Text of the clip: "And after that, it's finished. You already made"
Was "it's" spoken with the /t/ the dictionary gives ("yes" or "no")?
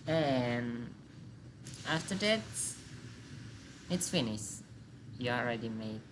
yes